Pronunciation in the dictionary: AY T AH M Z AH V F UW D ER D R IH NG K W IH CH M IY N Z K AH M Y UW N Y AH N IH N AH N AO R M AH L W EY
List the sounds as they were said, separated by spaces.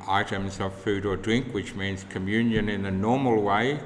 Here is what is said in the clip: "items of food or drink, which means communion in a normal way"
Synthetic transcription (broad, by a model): AY T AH M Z AH V F UW D ER D R IH NG K W IH CH M IY N Z K AH M Y UW N Y AH N IH N AH N AO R M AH L W EY